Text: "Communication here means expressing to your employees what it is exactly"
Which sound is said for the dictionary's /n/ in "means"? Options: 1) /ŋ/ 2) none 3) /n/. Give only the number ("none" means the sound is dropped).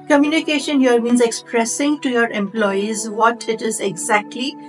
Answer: 3